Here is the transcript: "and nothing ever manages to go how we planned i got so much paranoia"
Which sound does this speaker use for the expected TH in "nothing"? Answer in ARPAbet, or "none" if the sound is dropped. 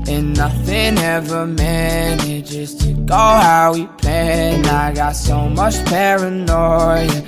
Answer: TH